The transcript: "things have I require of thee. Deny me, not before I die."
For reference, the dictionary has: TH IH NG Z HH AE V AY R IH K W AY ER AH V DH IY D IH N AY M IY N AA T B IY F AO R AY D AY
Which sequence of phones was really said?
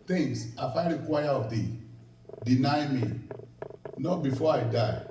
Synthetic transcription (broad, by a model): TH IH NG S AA F AY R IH K W AY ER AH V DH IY D IH N AY M IY N AA T B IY F AO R AY D AY